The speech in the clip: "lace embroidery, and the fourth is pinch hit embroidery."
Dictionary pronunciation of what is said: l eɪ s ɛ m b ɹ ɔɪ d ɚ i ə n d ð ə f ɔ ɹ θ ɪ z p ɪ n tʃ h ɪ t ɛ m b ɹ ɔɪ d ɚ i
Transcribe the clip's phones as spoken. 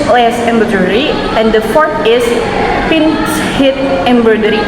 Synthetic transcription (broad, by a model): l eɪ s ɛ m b ʌ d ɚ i ə n d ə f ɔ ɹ t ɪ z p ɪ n s h ɪ t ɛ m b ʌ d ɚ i